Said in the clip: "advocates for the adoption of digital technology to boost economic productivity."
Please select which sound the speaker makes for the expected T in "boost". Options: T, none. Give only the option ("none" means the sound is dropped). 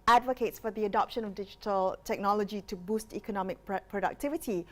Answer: T